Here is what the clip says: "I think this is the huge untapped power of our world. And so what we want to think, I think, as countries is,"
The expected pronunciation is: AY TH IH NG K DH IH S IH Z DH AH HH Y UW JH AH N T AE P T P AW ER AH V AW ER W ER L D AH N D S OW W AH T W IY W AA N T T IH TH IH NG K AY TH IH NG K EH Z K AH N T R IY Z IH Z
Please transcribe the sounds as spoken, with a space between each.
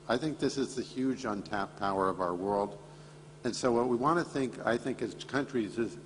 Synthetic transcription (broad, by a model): AY TH IH NG K DH IH S IH Z DH AH HH Y UW JH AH N T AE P P AW ER AH V AW ER W ER L D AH N S OW W AH T W IY W AA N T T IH TH IH NG K AY TH IH NG K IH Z K AH N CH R IY Z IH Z